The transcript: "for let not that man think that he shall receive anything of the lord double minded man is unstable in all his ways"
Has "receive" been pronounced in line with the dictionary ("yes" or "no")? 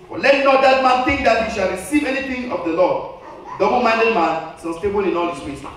yes